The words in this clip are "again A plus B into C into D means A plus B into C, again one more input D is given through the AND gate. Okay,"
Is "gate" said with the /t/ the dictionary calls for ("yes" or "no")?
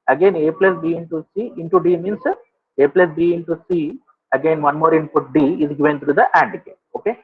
no